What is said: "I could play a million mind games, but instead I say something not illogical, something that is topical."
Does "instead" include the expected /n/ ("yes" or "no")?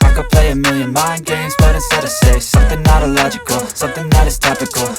no